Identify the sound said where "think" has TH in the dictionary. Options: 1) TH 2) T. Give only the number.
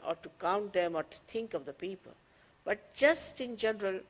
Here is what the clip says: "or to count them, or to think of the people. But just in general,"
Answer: 2